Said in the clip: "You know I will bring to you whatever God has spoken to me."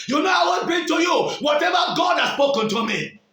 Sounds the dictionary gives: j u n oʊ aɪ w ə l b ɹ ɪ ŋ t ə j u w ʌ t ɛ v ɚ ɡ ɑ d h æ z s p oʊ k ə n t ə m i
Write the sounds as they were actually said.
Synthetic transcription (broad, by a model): j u n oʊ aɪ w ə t b ɪ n t ə j u w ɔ t ɛ v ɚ ɡ ɑ d h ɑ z s p oʊ k ə n t ə m i